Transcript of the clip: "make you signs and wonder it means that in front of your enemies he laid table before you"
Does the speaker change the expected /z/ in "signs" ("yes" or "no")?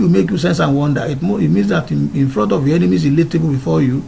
yes